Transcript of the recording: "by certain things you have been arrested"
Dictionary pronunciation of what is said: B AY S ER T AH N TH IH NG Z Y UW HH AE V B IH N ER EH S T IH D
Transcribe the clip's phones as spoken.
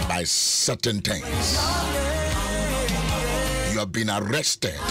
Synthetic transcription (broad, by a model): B AY S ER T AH N T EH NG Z Y UW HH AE V B IH N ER EH S T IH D